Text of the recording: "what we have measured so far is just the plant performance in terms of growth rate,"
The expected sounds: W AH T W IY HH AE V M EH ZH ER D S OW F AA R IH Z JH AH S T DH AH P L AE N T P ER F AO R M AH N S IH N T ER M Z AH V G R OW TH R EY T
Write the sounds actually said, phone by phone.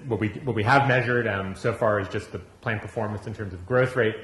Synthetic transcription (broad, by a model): W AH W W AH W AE V M EH ZH ER D S OW F AA R IH Z JH AH S T DH AH P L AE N P ER F AO R M AH N S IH N T ER M Z AH V G R OW TH R EY T